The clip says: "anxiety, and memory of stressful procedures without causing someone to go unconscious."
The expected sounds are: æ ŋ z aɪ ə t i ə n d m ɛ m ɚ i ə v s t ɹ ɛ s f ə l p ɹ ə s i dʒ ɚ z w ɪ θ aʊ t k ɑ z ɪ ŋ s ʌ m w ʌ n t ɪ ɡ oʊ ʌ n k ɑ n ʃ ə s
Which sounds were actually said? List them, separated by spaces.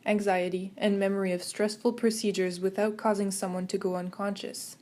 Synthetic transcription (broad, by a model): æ ŋ z aɪ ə t i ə n m ɛ m ɚ i ə v s t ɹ ɛ s f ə l p ɹ ə s i dʒ ɚ z w ɪ θ aʊ t k ɑ z ɪ ŋ s ʌ m w ʌ n t ɪ ɡ oʊ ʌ n k ɑ n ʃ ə s